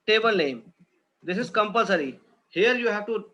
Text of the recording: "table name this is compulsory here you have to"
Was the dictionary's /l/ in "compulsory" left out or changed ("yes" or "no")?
no